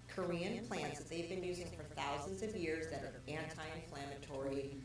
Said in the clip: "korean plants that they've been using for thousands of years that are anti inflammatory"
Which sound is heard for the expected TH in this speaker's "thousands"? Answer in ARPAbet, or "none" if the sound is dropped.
TH